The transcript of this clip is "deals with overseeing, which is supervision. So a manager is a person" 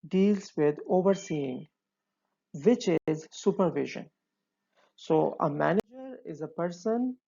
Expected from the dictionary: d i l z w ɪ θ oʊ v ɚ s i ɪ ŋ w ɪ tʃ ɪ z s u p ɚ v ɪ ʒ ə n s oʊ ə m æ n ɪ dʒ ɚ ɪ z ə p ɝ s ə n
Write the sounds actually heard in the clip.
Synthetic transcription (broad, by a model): d i l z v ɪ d oʊ v ɚ s i ɪ ŋ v ɪ tʃ ɪ z s u p ɚ v ɪ ʒ ə n s oʊ ə m æ n ɪ dʒ ɚ ɪ z ə p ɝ s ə n